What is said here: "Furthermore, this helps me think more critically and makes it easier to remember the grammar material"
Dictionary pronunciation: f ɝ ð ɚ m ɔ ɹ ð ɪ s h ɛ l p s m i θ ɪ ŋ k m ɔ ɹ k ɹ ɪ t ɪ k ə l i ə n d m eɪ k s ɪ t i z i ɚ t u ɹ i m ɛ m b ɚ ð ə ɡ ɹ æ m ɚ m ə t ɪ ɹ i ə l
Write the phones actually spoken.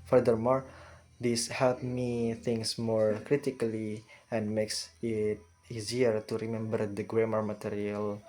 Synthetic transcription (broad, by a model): f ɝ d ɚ m ɔ ɹ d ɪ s h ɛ l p m i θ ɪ ŋ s m ɔ ɹ k ɹ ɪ t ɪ k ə l i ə n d m eɪ k s ɪ t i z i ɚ t u ɹ i m ɛ m b ɚ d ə ɡ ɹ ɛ m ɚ m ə t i ɹ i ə l